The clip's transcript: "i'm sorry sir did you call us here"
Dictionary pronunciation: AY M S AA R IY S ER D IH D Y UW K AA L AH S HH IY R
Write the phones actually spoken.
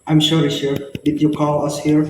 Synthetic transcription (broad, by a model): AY M SH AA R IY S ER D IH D Y UW K AA L AH S HH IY R